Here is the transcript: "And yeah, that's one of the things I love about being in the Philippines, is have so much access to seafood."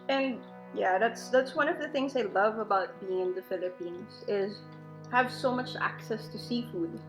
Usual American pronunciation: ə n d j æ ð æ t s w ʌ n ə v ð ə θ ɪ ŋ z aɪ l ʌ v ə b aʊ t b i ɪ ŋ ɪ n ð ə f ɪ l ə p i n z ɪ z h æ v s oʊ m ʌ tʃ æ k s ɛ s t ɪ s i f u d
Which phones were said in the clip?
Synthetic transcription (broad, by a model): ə n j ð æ ð æ t s w ʌ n ə v ð ə θ ɪ ŋ z aɪ l ʌ v ə b aʊ t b i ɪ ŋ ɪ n ð ə f ɪ l ə p i n z ɪ z h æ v s oʊ m ʌ tʃ æ k s ɛ s t ɪ s i f u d